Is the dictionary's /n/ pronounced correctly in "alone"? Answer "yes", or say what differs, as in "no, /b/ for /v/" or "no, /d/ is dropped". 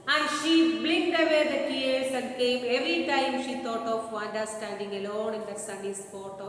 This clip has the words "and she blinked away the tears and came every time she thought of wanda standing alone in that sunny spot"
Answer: yes